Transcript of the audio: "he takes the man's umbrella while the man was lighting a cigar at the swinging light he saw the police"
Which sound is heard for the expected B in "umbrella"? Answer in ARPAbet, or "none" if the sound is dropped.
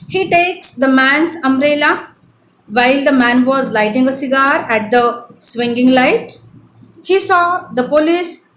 none